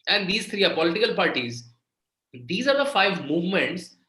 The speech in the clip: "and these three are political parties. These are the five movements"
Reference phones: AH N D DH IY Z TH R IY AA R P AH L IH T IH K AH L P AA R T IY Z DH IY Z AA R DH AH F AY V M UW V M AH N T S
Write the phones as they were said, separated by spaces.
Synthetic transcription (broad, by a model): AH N D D IY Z T R IY AA R P AH L IH T IH K AH L P AA R T IY Z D IY Z AA R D AH F AY V M UW V M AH N T S